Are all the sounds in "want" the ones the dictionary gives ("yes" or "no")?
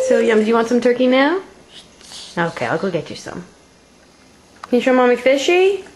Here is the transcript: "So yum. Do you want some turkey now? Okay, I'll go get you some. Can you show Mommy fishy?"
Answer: yes